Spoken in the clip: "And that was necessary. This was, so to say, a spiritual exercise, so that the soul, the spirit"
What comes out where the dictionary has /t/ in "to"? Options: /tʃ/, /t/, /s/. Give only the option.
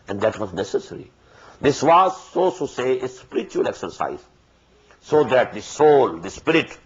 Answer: /s/